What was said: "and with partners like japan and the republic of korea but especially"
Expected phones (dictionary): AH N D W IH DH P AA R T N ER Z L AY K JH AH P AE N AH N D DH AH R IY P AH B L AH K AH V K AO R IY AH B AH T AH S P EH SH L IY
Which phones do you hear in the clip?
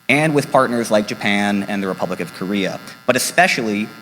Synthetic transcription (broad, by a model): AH N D W IH DH P AA R T N ER Z L AY K JH AH P AE N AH N DH AH R IY P AH B L AH K AH V K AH R IY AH B AH T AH S P EH SH L IY